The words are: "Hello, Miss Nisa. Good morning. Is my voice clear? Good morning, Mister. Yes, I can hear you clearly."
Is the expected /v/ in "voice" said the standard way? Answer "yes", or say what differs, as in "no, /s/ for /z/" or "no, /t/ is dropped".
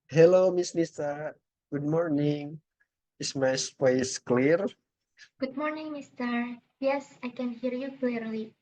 no, /p/ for /v/